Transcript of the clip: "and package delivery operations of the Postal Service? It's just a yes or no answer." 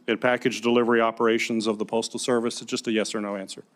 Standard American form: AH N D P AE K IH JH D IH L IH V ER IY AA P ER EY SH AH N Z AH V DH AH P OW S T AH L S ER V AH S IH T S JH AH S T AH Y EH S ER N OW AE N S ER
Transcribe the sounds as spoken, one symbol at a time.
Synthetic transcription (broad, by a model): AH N P AE K IH JH D IH L IH V ER IY AA P ER EY SH AH N Z AH V DH AH P OW S T L S ER V AH S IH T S JH AH S T AH Y EH S ER N OW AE N S ER